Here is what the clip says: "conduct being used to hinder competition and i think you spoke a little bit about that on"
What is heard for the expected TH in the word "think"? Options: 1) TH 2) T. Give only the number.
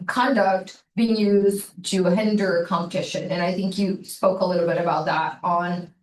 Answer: 1